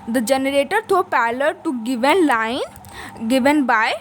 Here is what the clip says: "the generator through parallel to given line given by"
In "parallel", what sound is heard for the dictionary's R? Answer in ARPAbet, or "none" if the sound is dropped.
L